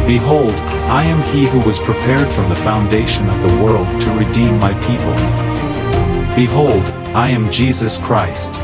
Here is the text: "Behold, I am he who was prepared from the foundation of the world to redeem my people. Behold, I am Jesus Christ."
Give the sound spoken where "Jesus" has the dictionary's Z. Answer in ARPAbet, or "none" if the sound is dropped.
Z